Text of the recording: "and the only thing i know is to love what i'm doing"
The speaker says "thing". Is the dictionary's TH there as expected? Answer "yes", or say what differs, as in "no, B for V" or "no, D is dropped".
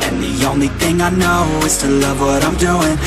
yes